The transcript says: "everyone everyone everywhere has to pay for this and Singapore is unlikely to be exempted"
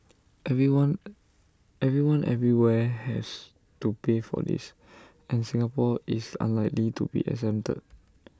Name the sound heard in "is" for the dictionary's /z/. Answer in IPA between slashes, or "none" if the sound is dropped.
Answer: /s/